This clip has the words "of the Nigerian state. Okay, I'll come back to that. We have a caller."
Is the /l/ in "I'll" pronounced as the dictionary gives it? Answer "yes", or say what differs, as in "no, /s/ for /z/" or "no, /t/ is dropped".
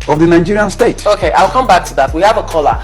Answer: yes